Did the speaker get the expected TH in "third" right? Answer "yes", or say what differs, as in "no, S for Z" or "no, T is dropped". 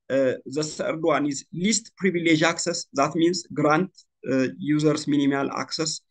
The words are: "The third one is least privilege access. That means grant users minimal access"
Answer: no, S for TH